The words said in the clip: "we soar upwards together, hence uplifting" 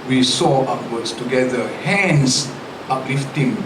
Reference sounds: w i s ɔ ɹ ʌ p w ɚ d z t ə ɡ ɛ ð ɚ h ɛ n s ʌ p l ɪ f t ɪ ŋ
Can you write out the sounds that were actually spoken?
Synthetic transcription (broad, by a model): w i s ɔ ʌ w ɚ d s t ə ɡ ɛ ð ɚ h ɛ n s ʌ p l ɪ f t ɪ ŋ